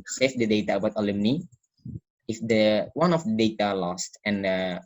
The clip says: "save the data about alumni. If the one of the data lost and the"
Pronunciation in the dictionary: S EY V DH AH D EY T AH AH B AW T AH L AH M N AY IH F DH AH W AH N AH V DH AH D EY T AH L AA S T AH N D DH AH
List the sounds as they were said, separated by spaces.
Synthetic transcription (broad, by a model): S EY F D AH D EY T AH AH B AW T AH L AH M N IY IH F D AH W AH N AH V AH D EY T AH L AA S T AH N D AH